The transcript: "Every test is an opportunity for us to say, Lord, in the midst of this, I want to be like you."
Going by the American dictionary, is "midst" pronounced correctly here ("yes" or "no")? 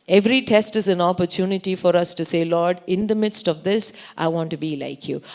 yes